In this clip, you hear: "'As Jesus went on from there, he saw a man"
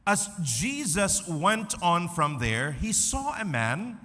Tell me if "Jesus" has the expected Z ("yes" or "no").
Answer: yes